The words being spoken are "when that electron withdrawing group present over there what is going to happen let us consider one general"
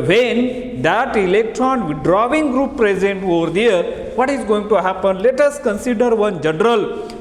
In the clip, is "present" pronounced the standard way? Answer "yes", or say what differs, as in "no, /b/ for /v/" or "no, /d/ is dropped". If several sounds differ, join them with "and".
yes